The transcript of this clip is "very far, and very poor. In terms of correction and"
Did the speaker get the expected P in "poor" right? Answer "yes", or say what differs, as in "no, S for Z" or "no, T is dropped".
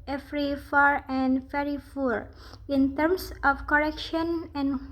no, F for P